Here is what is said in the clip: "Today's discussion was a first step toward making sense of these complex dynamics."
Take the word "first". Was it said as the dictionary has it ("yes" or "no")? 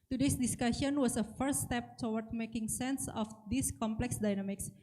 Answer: no